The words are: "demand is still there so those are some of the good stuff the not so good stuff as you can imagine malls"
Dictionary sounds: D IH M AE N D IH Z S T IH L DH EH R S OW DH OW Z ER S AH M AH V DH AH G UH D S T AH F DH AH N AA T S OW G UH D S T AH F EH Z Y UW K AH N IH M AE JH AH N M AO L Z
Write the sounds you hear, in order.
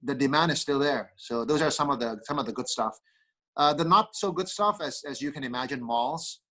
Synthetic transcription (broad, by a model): D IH M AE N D IH Z S T IH L DH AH R S OW DH OW Z ER S AH M AH V DH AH G UH D S T AH F DH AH N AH T S OW G UH D S T AH F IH Z Y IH K AH N IH M AE JH AH N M AO L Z